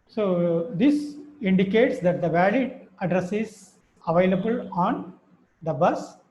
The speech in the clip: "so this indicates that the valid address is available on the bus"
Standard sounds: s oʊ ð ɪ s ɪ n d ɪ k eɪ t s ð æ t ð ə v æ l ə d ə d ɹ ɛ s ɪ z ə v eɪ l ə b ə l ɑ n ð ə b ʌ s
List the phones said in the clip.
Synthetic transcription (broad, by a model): s oʊ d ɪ s ɪ n d ɪ k eɪ t s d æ t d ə v æ l ə d ə d ɹ ɛ s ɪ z ə v eɪ l ə b ə l ɑ n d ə b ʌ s